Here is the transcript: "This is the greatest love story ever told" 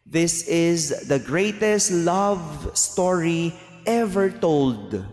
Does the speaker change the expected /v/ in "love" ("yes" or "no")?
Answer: no